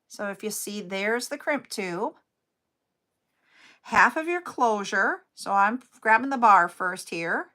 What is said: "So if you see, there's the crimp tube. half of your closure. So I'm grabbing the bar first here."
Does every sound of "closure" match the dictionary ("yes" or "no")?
yes